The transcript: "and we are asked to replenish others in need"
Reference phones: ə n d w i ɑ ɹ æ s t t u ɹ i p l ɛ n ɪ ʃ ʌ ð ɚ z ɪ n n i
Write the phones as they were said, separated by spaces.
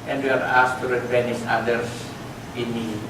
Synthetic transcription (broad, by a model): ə n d w i ɑ ɹ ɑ s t t u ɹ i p ɛ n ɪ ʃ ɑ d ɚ s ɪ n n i